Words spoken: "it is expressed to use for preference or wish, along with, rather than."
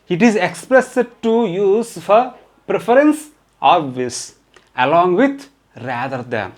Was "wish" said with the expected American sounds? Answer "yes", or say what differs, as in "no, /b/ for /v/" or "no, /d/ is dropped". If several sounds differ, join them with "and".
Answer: no, /s/ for /ʃ/